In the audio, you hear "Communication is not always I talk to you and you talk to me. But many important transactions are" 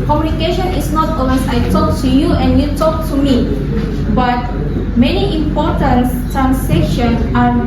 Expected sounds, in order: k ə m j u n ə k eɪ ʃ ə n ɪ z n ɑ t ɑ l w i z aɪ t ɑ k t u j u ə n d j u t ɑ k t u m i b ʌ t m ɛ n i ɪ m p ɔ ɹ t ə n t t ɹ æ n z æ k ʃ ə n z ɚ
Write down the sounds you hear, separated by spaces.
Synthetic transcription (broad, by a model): k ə m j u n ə k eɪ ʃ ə n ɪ s n ɑ t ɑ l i s aɪ t ɑ k t u j u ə n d j u t ɑ k t u m i b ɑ t m ɛ n i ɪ m p ɔ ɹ t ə n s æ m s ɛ k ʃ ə n ɑ